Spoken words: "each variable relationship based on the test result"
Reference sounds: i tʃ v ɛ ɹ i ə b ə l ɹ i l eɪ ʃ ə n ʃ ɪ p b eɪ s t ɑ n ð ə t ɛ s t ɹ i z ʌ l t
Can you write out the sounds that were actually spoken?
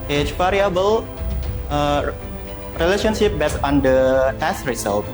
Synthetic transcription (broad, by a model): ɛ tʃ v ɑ ɹ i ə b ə l ɹ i l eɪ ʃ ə n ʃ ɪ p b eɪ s ɑ n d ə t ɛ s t ɹ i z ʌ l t